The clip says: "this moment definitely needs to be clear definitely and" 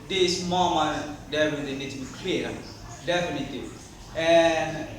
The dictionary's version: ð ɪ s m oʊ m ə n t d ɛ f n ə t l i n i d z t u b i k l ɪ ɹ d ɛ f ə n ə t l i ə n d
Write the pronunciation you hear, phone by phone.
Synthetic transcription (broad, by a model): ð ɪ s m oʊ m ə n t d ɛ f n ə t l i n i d t u b i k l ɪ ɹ d ɛ f ə n ə t l i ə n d